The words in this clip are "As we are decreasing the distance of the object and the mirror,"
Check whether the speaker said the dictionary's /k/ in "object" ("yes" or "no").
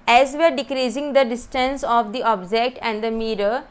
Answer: yes